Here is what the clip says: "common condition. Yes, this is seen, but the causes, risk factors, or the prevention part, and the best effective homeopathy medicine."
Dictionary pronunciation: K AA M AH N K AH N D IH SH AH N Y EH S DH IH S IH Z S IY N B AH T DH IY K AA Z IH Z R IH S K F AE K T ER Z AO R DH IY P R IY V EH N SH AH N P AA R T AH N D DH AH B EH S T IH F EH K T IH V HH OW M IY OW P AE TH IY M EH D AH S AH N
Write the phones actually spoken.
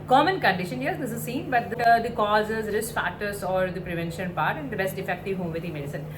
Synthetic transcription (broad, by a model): K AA M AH N K AH N D IH SH AH N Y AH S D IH S IH Z S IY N B AH T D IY K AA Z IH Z R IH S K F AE T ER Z AO R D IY P R IY V EH N SH AH N P AA R T AH N D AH B EH S T IH F EH K T IH V HH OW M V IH T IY M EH D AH S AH N